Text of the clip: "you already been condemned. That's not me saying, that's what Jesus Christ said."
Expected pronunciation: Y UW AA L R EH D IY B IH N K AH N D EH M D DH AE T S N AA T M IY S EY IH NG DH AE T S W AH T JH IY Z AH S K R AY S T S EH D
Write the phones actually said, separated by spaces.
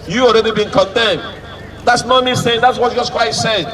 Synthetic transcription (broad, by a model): Y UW AA L R EH D IY B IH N K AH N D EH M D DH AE T S N AA T M IY S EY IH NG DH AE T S W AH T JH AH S K W AY T S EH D